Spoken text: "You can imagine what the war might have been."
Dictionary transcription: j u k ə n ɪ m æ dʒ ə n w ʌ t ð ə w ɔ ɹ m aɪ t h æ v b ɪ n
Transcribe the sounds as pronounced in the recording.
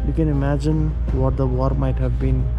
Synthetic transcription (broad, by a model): j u k ə n ɪ m æ dʒ ə n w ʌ t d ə w ɔ ɹ m aɪ t h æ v b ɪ n